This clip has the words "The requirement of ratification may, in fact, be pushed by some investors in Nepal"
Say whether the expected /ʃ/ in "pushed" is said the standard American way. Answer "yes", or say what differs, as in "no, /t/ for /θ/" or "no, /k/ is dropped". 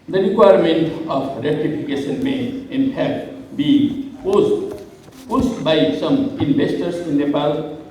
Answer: no, /s/ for /ʃ/